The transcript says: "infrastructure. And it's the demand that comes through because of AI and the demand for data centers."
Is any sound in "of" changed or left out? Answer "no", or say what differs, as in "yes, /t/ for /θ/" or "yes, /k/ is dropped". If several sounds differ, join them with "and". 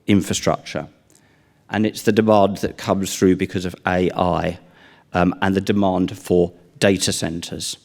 no